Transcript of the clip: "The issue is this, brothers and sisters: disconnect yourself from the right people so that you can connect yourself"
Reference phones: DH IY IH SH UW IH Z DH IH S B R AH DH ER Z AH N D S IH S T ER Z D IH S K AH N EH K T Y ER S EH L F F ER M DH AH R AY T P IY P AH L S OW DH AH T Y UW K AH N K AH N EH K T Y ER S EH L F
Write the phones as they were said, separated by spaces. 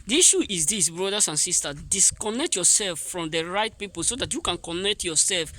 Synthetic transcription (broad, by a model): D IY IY SH UW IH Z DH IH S B R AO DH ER S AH N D S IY S T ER D IH S K AH N EH K T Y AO S EH L F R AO M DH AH R AY T P IY P AH L S OW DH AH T Y UW K AH N K AH N EH K T Y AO S EH L F